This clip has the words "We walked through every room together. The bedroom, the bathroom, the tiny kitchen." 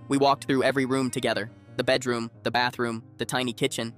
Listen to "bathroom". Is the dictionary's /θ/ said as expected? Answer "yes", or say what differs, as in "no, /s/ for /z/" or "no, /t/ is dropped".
yes